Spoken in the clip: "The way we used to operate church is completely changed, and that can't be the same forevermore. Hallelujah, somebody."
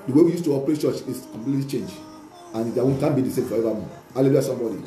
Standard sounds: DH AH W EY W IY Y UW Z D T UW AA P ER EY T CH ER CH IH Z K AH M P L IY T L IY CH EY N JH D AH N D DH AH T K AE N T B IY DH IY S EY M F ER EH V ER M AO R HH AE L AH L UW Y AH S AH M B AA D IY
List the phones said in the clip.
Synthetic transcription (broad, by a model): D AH W EY W IY Y UW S T UW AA P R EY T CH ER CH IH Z K AH M P L IY T L IY CH EY N JH AH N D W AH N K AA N B IY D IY S EY M F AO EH V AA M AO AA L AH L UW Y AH S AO M B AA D IY